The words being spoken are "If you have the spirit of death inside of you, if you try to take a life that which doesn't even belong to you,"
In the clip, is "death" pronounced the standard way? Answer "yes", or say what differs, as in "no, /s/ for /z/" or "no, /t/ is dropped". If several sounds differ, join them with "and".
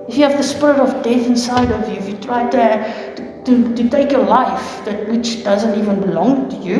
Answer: yes